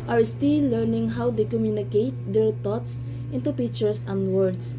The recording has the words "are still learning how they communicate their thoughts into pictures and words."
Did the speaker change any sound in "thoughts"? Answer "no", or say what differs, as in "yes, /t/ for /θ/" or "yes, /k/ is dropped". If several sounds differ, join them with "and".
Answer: yes, /t/ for /θ/